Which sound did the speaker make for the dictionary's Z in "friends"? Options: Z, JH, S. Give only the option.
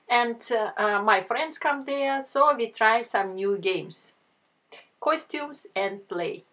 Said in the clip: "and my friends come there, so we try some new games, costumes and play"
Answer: S